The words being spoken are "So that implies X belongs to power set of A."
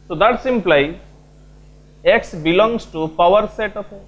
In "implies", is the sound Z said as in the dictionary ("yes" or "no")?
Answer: no